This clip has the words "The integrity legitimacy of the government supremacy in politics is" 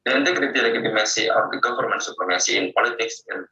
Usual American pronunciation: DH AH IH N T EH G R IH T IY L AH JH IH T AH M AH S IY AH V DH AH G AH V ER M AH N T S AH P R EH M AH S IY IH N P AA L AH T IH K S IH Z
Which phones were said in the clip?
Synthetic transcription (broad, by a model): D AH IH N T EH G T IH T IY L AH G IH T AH M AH S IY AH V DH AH G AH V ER M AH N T S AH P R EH M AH S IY IH N P AA L AH T IH K S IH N